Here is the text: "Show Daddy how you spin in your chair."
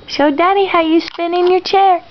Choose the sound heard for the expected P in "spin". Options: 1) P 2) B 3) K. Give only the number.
1